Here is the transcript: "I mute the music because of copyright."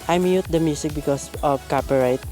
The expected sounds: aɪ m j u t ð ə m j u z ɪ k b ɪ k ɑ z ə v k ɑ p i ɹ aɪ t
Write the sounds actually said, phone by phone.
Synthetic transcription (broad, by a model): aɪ m j u t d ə m j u s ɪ k b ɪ k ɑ s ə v k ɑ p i ɹ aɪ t